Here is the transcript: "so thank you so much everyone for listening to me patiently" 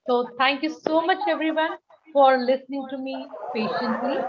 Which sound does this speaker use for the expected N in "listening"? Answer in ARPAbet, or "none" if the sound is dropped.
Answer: N